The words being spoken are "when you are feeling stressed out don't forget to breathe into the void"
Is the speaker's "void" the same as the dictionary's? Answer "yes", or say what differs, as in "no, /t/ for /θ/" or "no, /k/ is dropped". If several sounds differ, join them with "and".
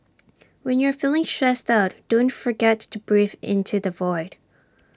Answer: yes